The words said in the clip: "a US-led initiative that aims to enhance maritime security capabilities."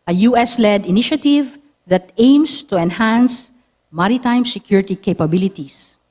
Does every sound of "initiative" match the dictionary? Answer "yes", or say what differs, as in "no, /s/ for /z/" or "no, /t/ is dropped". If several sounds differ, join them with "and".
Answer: yes